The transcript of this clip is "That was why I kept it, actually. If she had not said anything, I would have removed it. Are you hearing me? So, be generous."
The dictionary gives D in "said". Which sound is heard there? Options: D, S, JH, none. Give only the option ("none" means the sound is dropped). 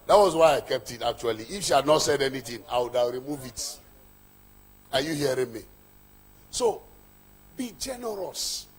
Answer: D